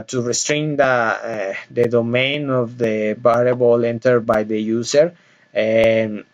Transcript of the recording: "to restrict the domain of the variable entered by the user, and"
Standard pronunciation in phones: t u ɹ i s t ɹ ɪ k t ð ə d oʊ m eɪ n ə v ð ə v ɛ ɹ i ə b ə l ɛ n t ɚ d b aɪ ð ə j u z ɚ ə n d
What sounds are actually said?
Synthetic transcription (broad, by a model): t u ɹ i s t ɹ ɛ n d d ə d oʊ m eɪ n ə v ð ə b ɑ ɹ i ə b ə l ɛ n t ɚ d b aɪ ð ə j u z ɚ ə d